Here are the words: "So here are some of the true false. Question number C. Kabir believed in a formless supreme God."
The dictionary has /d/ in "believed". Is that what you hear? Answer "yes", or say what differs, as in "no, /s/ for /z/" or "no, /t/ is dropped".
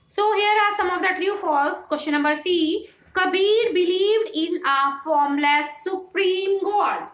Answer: yes